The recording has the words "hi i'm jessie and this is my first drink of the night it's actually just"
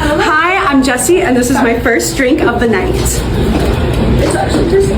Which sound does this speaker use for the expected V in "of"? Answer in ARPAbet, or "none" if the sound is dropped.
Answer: V